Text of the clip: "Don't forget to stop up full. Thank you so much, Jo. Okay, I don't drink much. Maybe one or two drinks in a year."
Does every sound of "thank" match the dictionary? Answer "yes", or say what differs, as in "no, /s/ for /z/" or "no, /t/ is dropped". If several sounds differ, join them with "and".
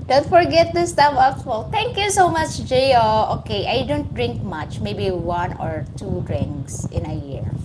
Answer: no, /t/ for /θ/